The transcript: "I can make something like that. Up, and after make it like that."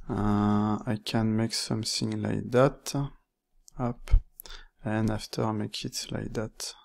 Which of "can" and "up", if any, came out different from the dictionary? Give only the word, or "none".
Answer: none